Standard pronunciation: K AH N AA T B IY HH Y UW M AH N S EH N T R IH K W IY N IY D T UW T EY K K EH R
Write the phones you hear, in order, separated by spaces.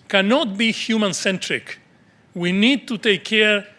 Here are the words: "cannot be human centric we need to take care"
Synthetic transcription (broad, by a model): K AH N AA T B IY HH Y UW M AH N S EH N T R IH K W IY N IY D T UW T EY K K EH R